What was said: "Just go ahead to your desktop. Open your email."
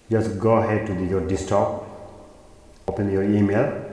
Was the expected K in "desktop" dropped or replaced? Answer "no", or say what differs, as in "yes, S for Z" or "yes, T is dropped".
yes, K is dropped